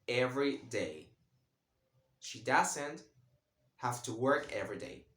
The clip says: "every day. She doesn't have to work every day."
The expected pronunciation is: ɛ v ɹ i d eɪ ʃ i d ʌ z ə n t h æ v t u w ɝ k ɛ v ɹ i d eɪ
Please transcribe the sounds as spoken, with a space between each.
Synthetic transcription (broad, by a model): ɛ v ɹ i d eɪ ʃ i d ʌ s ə n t h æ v t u w ɝ k ɛ v ɹ i d eɪ